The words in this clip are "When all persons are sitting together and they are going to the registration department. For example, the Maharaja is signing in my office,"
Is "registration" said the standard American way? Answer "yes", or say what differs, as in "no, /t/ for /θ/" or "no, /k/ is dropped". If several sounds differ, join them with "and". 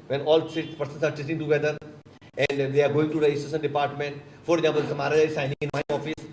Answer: no, /dʒ/ is dropped and /s/ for /ʃ/